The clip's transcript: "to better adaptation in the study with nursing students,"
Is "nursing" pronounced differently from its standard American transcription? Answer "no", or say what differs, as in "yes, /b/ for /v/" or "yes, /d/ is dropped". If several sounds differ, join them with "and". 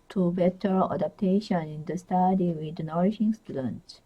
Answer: yes, /ʃ/ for /s/